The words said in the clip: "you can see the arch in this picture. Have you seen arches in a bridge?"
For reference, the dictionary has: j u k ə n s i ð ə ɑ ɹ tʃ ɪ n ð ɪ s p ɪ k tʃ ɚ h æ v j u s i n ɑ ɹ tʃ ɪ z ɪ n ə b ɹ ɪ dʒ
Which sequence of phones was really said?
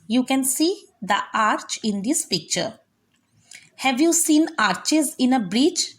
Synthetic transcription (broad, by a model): j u k ə n s i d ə ɑ ɹ tʃ ɪ n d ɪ s p ɪ k tʃ ɚ h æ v j u s i n ɑ ɹ tʃ ɪ z ɪ n ə b ɹ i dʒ